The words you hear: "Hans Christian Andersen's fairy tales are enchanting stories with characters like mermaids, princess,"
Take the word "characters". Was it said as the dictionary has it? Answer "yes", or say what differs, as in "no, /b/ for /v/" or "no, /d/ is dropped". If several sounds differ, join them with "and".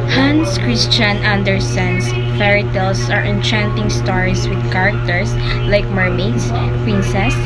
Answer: no, /s/ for /z/